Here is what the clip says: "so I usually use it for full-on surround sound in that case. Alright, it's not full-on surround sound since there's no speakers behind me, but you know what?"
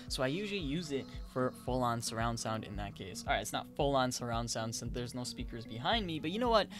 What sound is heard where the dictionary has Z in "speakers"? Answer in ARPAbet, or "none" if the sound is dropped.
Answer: Z